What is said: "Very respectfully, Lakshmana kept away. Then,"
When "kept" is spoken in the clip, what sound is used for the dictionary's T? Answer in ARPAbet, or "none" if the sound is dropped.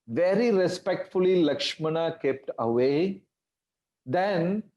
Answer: T